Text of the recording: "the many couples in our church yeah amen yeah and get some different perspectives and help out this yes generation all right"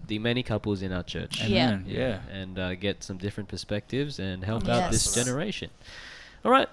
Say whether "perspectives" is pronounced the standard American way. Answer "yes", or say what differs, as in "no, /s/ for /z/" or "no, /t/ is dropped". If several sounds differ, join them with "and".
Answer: yes